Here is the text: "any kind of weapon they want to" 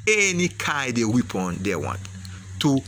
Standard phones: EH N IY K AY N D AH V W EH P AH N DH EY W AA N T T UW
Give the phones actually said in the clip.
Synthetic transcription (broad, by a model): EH N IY K AY D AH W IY P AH N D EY W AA N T T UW